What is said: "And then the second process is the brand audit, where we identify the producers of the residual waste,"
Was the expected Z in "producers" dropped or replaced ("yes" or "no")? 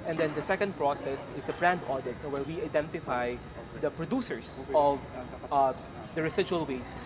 yes